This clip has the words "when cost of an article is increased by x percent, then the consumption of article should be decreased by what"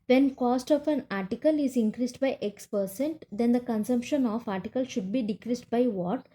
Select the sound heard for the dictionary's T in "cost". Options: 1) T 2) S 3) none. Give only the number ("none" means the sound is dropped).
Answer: 1